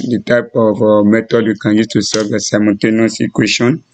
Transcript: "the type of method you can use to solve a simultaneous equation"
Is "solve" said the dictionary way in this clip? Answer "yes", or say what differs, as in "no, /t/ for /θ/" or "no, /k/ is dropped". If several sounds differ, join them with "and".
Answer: no, /l/ is dropped